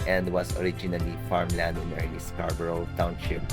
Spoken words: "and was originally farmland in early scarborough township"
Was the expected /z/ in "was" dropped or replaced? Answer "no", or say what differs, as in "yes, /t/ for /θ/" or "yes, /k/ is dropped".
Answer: yes, /s/ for /z/